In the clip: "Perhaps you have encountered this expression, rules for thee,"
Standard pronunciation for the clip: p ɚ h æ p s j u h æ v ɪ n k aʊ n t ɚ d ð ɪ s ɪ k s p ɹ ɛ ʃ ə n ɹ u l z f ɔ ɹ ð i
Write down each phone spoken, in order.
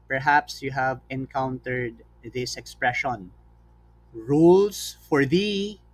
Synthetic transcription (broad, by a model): p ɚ h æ p s j u h æ v ɪ n k aʊ n t ɚ d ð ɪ s ɪ k s p ɹ ɛ ʃ ə n ɹ u l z f ɔ ɹ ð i